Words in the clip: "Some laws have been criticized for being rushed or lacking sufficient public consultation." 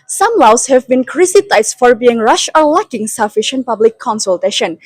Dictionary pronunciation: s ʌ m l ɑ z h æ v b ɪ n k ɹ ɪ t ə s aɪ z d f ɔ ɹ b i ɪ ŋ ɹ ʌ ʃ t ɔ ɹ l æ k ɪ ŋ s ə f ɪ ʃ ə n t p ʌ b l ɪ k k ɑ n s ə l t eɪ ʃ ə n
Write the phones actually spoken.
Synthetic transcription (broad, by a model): s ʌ m l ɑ s h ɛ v b ɪ n k ɹ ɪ s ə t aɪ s f ɔ ɹ b i ɪ ŋ ɹ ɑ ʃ ɔ ɹ l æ k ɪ ŋ s ə f ɪ ʃ ə n t p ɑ b l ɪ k k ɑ n s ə l t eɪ ʃ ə n